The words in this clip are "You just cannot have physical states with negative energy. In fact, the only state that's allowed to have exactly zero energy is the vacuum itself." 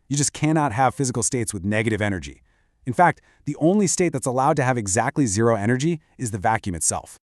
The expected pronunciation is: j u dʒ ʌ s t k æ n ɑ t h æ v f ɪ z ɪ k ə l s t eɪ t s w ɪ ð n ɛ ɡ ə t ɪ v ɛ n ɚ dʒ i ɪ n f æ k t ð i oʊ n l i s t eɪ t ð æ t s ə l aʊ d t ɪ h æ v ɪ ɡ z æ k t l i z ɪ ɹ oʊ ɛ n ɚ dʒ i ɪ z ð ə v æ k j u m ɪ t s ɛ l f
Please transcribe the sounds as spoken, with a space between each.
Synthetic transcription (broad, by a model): j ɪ dʒ ʌ s k æ n ɑ t h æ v f ɪ z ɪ k l s t eɪ t s w ɪ ð n ɛ ɡ ə t ɪ v ɛ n ɚ dʒ i ɪ n f æ k t ð i oʊ n l i s t eɪ t ð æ t s ə l aʊ d t ɪ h v ɪ ɡ z æ k t l i z ɪ ɹ oʊ ɛ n ɚ dʒ i ɪ z ð ə v æ k j u m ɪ t s ɛ l f